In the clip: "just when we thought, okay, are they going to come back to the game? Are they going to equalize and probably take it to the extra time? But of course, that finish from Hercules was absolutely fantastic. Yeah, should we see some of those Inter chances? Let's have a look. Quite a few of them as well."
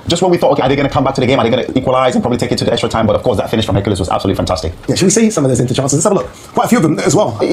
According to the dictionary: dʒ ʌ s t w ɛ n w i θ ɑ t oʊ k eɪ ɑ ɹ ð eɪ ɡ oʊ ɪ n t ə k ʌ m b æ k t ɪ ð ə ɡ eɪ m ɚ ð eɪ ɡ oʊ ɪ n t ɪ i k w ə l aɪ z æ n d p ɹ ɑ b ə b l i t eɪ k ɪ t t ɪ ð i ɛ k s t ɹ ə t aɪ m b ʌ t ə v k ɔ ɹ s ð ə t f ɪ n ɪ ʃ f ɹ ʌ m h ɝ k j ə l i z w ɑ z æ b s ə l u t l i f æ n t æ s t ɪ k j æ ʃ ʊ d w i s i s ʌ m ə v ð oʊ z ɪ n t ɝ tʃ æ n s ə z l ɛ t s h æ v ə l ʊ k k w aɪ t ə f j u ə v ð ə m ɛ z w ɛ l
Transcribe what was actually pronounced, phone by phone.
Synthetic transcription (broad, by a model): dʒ ʌ s t w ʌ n w i θ ɑ t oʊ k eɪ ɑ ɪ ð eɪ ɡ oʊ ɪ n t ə k ʌ m b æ k t ɪ ð ə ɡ eɪ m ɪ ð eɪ ɡ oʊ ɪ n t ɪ i k w ə l aɪ z n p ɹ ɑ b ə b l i t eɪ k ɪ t t ɪ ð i ɛ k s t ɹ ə t aɪ m b ʌ t ə v k ɔ ɹ s ð ə t f ɪ n ɪ ʃ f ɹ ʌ m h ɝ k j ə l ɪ s w ɑ z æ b s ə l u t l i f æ n t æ s t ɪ k j æ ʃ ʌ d w i s i s ʌ m ə v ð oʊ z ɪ n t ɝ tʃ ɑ n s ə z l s ə l ʊ k k w aɪ t ə f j u ə v ð ə m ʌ z w ɛ l